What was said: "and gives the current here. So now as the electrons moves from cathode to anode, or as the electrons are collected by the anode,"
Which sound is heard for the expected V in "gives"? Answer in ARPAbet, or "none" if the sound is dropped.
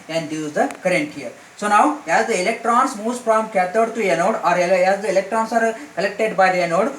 none